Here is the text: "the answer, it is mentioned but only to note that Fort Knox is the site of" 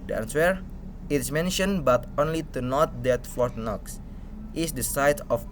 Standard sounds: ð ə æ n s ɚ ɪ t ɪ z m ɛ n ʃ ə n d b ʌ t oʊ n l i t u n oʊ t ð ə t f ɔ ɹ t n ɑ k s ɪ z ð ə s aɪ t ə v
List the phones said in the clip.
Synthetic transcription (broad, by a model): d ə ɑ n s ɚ ɪ t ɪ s m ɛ n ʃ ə n b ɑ t oʊ n l i t u n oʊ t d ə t f ɔ ɹ t n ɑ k s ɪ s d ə s aɪ t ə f